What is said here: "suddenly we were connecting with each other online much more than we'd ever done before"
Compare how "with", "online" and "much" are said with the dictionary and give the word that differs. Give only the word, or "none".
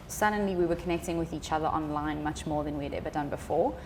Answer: none